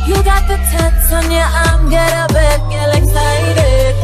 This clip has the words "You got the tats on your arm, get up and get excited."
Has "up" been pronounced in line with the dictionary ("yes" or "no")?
no